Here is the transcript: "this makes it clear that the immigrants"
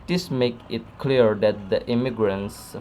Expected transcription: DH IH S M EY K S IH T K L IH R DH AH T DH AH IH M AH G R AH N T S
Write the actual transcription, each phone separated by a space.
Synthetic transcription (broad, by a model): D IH S M EY K IH T K L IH R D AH T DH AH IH M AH G R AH N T S